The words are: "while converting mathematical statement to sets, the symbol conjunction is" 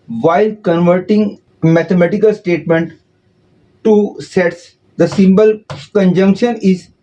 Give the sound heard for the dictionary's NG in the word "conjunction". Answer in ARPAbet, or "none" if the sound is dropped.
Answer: NG